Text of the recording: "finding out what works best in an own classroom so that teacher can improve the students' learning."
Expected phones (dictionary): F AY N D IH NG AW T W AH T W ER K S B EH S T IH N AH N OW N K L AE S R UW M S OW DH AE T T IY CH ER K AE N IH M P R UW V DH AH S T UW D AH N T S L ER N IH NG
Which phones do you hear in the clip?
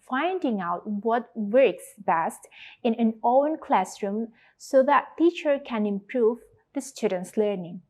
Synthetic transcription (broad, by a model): F AY N D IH NG AW T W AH T W ER K S B EH S T IH N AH N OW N K L AE S R UW M S OW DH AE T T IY CH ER K AE N IH M P R UW V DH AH S T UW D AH N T S L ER N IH NG